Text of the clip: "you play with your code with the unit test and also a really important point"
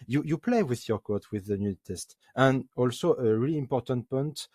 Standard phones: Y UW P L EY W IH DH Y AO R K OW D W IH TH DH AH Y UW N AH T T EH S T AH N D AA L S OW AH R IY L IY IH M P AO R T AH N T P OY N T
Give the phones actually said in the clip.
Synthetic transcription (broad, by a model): Y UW P L EY W IH DH Y AO R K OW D W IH DH AH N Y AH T T EH S T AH N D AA L S OW AH R IY L IY IH M P AO R T AH N T P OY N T